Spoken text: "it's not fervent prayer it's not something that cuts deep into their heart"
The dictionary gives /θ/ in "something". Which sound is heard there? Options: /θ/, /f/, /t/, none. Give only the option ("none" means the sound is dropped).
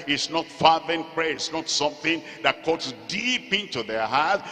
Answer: /θ/